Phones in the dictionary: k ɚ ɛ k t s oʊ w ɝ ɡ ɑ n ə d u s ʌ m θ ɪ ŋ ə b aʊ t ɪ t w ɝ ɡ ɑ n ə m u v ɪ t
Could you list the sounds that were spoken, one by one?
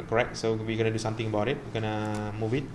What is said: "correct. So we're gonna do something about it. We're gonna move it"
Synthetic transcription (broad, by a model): k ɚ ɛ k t s oʊ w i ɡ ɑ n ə d u s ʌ m t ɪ ŋ ə b aʊ t ɪ t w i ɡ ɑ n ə m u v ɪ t